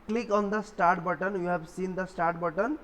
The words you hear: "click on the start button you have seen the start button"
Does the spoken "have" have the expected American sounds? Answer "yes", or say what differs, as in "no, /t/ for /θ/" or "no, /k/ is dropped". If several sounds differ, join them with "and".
no, /b/ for /v/